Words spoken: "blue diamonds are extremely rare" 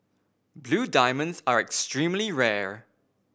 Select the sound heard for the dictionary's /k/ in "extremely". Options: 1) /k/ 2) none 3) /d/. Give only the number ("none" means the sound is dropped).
1